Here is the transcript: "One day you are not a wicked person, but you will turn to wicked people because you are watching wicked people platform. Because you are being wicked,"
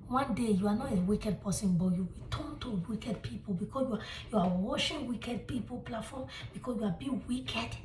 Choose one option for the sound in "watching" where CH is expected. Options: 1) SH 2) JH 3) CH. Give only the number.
1